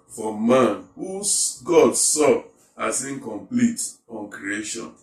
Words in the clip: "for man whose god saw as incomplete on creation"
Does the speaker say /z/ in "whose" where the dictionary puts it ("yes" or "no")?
no